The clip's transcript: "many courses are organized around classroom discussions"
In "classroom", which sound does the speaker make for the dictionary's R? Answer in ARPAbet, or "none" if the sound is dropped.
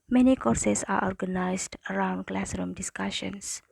R